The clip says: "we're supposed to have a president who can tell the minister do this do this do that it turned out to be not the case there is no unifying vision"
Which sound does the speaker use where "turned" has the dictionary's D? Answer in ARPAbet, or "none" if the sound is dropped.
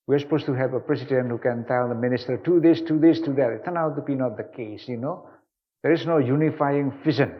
none